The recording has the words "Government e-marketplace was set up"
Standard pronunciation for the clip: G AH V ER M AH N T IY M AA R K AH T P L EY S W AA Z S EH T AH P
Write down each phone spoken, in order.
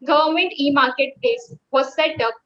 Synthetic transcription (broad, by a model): G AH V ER M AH N T IY M AA R K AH T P EY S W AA S EH T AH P